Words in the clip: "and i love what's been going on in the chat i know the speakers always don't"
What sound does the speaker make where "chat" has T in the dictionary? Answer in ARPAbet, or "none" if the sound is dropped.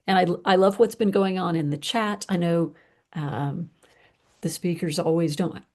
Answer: T